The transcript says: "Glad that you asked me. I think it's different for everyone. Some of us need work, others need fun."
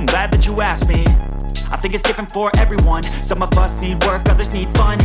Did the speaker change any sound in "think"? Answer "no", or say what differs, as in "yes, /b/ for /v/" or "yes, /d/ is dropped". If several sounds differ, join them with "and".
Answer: no